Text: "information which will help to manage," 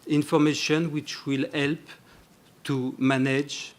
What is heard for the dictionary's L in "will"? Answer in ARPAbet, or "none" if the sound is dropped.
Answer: L